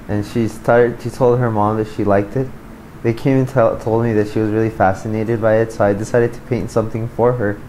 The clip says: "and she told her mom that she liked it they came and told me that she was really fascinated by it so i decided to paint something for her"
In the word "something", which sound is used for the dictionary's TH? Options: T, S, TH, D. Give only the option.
TH